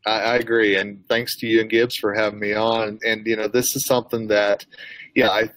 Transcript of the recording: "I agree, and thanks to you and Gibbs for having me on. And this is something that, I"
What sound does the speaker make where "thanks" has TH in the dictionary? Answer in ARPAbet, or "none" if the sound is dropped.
TH